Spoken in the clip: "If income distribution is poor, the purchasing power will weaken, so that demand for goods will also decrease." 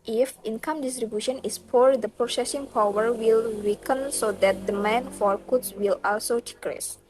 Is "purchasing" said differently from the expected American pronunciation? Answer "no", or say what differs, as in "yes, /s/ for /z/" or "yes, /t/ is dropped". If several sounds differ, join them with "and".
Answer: yes, /s/ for /tʃ/